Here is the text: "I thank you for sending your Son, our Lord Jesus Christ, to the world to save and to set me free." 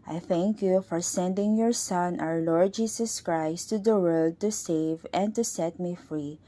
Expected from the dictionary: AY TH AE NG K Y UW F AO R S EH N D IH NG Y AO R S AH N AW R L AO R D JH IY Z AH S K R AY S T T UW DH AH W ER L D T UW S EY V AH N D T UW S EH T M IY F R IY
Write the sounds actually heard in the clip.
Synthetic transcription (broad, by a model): AY TH AE NG K Y UW F AO R S EH N D IH NG Y AO R S AH N AW R L AO R D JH IY S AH S K R AY S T T UW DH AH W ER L D T UW S EY V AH N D T UW S EH T M IY F R IY